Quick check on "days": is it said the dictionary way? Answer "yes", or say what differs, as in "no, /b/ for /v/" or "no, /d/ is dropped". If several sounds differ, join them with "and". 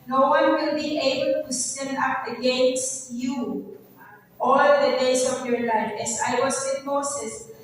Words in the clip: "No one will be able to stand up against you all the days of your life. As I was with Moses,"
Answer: no, /s/ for /z/